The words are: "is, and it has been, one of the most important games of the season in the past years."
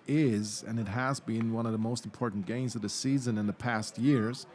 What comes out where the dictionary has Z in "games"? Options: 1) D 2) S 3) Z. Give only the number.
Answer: 3